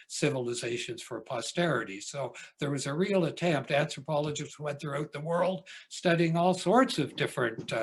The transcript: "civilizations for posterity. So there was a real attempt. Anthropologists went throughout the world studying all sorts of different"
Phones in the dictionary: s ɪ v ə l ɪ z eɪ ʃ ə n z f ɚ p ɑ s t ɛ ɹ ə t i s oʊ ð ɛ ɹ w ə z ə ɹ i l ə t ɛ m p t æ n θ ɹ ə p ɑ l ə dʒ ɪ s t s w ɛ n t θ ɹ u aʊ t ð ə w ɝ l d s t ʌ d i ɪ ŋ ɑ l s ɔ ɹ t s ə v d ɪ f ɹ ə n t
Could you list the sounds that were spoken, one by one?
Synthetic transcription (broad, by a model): s ɪ v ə l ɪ z eɪ ʃ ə n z f ɚ p ɑ s t ɛ ɹ ə t i s oʊ ð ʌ ɹ w ə z ə ɹ i l ə t ɛ m p t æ n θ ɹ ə p ɑ l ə dʒ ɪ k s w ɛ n θ ɹ u aʊ t ð ə w ɝ l d s t ʌ d i ɪ ŋ ɑ l s ɔ ɹ t s ə v d ɪ f ɹ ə n t